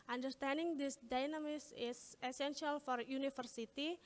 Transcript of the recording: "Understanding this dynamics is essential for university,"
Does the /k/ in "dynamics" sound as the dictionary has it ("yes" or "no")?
no